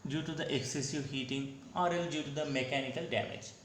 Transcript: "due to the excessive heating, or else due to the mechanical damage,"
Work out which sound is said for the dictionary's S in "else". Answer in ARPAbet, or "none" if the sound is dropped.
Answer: none